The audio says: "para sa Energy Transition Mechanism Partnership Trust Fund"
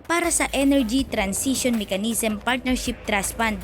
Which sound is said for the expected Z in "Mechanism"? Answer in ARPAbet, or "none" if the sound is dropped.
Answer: S